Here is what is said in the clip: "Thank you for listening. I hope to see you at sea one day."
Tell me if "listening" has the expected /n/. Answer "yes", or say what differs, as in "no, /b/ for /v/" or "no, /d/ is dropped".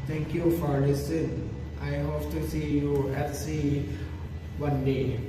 no, /n/ is dropped